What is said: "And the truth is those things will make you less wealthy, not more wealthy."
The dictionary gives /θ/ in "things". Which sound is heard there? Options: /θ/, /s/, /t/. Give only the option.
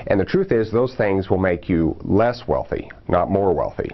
/θ/